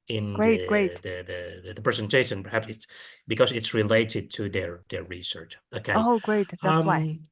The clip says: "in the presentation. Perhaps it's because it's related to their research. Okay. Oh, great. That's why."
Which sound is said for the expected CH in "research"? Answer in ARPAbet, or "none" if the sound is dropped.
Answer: CH